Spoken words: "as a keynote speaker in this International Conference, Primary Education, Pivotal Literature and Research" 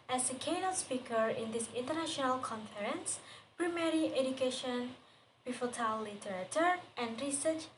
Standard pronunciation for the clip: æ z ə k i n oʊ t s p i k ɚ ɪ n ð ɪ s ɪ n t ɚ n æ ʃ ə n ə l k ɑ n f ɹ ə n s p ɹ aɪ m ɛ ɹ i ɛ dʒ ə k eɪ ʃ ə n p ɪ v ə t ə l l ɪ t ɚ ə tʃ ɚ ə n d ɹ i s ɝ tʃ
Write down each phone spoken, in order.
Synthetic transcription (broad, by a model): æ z ə k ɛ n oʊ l s p i k ɚ ɪ n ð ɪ s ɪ n t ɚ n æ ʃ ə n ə l k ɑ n f ɹ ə n s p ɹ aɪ m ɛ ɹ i ɛ dʒ ə k eɪ ʃ ə n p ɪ f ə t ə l l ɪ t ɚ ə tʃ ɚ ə n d ɹ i s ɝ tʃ